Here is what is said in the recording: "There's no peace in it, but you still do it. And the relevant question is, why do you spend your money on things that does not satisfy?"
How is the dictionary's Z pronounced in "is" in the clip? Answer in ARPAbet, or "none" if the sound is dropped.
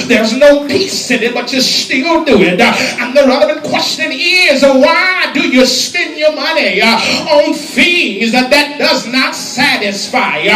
Z